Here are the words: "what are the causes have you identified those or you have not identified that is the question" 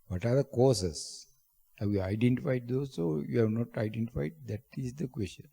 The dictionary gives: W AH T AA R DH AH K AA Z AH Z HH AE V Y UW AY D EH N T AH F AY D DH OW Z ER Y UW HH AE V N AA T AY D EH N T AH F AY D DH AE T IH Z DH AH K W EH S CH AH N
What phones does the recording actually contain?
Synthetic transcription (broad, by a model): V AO T AA R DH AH K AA S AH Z HH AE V Y UW AY D EH N T AH F AY D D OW S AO Y UW HH AE V N AA T AY D EH N T AH F AY D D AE T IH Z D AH K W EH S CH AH N